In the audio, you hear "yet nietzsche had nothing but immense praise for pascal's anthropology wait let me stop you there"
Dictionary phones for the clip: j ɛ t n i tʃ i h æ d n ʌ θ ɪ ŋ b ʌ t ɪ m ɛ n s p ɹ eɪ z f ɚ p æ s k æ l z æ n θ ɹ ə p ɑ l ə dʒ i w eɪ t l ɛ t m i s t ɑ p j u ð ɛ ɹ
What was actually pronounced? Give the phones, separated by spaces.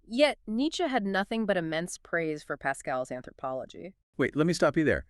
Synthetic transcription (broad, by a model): j ɛ t n i tʃ i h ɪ d n ʌ θ ɪ ŋ b ʌ t ɪ m ɛ n s p ɹ eɪ z f ɚ p æ s k æ l z æ n θ ɹ ə p ɑ l ə dʒ i w eɪ t l ɛ t m i s t ɑ p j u ð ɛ ɹ